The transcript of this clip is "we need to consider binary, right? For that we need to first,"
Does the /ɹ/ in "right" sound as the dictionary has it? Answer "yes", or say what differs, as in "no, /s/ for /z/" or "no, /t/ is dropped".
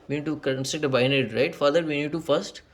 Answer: yes